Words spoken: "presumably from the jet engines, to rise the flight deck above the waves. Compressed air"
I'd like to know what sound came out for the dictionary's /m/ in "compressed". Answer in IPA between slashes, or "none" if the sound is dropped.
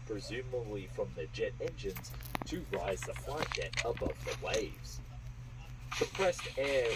none